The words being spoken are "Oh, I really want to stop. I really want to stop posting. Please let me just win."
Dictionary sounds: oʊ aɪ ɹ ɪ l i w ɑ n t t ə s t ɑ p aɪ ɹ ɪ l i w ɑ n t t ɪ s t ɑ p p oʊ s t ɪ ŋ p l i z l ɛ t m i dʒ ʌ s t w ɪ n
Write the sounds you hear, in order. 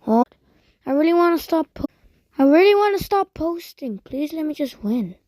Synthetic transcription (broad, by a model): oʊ aɪ ɹ ɪ l i w ɑ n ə s t ɑ p aɪ ɹ ɪ l i w ɑ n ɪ s t ɑ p p oʊ s t ɪ ŋ p l i z l ɛ t m i dʒ ʌ s t w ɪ n